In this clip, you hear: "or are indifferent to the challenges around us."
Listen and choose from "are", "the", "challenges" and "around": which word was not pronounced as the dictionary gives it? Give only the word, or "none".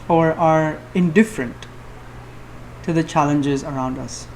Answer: none